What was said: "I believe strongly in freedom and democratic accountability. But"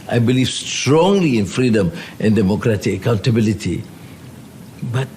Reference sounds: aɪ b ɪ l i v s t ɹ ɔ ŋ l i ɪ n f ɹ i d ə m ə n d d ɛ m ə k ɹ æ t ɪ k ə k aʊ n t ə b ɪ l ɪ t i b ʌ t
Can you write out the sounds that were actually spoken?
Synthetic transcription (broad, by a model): aɪ b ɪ l i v s t ɹ ɔ ŋ l i ɪ n f ɹ i d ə m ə n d d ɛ m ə k ɹ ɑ t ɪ k ə k aʊ n t ə b ɪ l ɪ t i b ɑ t